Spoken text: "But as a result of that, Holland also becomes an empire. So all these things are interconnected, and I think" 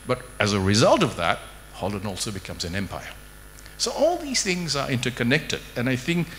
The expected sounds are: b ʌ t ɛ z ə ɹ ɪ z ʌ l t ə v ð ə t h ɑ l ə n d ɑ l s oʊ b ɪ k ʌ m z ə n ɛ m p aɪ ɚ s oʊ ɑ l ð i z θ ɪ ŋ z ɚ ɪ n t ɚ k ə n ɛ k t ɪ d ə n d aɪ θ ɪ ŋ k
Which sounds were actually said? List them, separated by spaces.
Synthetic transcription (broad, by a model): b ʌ t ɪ z ə ɹ ɪ z ʌ l t ə v ð ə t h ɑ l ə n ɑ l s oʊ b ɪ k ʌ m z ə n ɛ m p aɪ ɚ s oʊ ɑ l ð i z θ ɪ ŋ z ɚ ɪ n t ɚ k ə n ɛ k t ɪ d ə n aɪ θ ɪ ŋ k